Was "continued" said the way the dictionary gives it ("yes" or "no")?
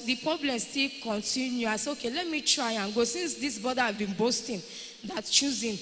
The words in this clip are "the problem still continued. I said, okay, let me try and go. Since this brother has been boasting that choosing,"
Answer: no